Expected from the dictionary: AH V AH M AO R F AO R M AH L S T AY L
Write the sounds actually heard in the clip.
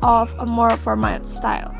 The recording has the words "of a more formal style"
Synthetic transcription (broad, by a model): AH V AH M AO R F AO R M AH N S T AY L